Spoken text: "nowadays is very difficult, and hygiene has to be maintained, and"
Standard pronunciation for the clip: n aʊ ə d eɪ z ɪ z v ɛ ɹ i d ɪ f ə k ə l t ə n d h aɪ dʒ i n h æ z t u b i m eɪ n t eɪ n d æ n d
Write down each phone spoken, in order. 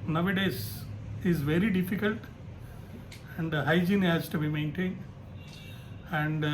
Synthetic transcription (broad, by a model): n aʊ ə d eɪ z ɪ z v ɛ ɹ i d ɪ f ə k ə l t ə n d h aɪ dʒ i n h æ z t u b i m eɪ n t eɪ n d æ n d